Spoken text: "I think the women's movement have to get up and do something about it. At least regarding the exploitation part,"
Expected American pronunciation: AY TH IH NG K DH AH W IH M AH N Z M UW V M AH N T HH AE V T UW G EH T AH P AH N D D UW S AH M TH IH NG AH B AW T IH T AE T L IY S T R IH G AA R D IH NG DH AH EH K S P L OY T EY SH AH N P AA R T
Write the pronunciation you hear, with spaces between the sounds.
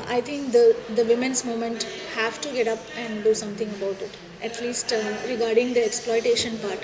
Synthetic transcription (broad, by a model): AY T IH NG K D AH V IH M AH N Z M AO M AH N T HH AE V T UW G EH T AH P AH N D D UW S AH M T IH NG AH B AW T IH T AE T L IY S T R IH G AA R D IH NG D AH EH K S P L OY T EY SH AH N P AA R T